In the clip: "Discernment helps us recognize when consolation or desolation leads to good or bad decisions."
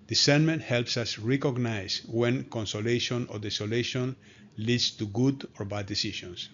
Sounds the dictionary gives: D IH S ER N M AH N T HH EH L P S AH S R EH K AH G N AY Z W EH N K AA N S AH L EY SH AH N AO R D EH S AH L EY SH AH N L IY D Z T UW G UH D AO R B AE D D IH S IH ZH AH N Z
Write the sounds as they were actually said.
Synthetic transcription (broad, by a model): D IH S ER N M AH N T HH EH L P S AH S R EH K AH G N AY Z W EH N K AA N S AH L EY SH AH N AO R D EH S AH L EY SH AH N L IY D S T UW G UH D AO R B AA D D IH S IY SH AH N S